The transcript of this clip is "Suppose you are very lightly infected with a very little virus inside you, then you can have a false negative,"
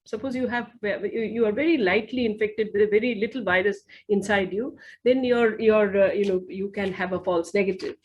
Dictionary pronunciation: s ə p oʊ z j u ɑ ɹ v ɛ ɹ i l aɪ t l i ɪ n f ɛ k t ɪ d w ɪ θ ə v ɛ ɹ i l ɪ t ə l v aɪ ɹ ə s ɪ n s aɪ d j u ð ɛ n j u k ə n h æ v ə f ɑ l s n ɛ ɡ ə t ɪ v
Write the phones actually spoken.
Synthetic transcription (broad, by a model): s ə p oʊ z j u ɑ ɹ v ɛ ɹ i l aɪ t l i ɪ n f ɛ k t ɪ d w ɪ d ə v ɛ ɹ i l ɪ t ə l v aɪ ɹ ə s ɪ n s aɪ d j u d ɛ n j u k ə n h æ v ə f ɑ l s n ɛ ɡ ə t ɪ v